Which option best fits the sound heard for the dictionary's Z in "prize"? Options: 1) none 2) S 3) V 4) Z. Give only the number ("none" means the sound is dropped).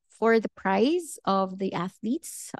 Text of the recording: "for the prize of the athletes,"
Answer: 4